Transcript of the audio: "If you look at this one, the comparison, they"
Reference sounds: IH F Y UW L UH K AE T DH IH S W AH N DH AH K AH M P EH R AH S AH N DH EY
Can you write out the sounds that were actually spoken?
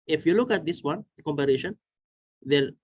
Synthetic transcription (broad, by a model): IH F Y UW L UH K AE T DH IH S W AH N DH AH K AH M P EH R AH SH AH N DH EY